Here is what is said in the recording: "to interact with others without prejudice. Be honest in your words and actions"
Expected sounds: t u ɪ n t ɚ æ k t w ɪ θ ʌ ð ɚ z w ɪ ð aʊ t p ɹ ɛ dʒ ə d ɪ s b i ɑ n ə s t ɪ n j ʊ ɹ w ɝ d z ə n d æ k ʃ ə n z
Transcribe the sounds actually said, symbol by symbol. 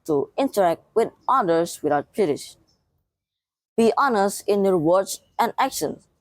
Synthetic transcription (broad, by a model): t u ɪ n t ɚ æ k t w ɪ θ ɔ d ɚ s w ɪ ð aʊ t b ɹ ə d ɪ ʃ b i ɑ n ə s t ɪ n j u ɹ w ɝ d s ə n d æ k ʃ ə n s